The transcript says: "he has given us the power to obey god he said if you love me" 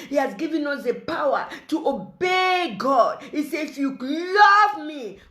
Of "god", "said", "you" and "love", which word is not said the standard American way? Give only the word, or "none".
said